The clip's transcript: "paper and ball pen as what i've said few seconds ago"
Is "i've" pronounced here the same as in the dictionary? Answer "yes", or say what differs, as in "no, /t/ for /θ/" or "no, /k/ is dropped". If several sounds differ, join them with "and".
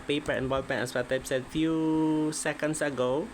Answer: no, /p/ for /v/